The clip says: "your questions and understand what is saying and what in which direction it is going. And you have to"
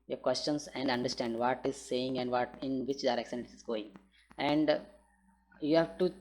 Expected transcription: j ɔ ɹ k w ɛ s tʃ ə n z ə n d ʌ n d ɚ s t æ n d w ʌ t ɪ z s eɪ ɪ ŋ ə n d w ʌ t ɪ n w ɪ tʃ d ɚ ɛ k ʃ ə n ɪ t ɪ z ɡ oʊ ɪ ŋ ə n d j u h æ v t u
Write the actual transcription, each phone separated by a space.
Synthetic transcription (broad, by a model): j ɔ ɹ k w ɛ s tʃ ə n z ə n d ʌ n d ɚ s t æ n d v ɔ t ɪ z s eɪ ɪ ŋ ə n d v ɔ t ɪ n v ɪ tʃ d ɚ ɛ k s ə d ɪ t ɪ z ɡ oʊ ɪ ŋ ə n d j u h æ v t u